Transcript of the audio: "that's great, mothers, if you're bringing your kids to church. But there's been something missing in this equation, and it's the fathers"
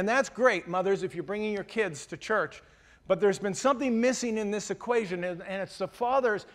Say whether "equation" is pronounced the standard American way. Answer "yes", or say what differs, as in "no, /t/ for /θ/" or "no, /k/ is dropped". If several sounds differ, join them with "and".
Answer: yes